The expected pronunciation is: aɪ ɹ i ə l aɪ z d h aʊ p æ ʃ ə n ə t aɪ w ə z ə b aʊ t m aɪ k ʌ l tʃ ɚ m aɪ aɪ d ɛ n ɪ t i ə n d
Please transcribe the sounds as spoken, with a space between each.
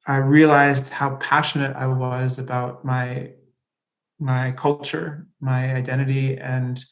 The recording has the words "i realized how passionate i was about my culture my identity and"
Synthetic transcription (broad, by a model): aɪ ɹ i ə l aɪ z d h aʊ p æ ʃ ə n ə t aɪ w ə z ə b aʊ t m aɪ k ʌ l tʃ ɚ m aɪ aɪ d ɛ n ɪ t i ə n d